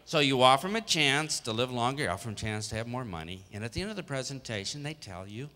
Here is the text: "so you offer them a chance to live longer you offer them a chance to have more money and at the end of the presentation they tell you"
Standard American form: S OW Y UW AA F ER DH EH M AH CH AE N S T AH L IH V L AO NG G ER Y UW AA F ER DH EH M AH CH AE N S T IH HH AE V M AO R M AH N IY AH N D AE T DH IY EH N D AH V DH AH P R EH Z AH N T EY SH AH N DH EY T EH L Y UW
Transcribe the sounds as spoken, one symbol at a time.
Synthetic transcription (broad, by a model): S OW Y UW AA F ER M AH CH AE N S T AH L IH V L AO NG G ER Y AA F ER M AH CH AE N S T IH V M AO R M AH N IY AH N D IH T DH IY EH N D AH V DH AH P R EH Z AH N T EY SH AH N DH EY T EH L Y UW